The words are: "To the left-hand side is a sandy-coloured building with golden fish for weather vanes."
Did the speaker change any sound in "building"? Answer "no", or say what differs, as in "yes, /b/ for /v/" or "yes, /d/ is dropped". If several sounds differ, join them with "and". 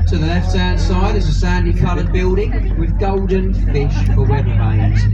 no